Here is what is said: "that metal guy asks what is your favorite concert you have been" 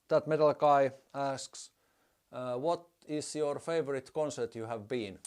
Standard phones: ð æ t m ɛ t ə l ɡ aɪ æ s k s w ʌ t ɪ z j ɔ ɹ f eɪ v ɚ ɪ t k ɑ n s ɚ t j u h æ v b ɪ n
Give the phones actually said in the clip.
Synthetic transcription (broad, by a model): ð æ t m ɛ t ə l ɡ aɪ æ s k s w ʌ t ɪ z j ɔ ɹ f eɪ v ɚ ɪ t k ɑ n s ɚ t j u h æ v b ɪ n